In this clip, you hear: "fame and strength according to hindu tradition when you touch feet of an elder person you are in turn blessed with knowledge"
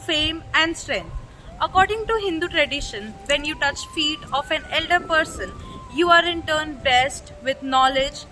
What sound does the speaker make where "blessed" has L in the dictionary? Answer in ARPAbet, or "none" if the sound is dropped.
none